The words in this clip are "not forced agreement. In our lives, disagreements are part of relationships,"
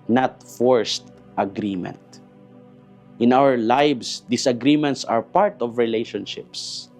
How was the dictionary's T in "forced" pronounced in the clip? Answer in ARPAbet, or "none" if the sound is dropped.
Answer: T